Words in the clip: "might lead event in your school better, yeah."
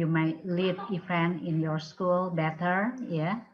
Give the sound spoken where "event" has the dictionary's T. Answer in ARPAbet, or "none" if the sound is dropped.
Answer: none